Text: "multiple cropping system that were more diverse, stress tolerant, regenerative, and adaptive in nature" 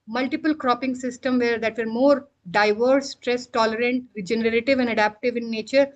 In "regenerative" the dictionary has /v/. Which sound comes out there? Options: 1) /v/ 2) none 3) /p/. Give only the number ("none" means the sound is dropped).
1